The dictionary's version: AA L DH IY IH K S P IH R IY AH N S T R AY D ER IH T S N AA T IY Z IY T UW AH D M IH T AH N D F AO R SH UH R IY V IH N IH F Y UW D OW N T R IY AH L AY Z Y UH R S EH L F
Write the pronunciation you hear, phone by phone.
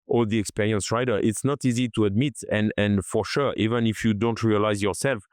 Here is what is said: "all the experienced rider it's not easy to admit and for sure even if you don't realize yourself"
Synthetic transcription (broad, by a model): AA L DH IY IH K S P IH R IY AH N S R AY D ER IH T S N AA T IY Z IY T UW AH D M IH T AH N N F AO R SH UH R IY V IH N IH F Y UW D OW N T R IY AH L AY Z Y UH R S EH L F